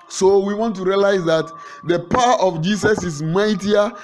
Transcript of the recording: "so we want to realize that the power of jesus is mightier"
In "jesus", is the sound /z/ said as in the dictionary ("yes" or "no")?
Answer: no